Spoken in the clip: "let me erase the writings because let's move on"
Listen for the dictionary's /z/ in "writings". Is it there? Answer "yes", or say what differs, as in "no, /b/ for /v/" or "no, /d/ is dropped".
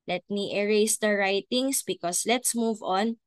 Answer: no, /s/ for /z/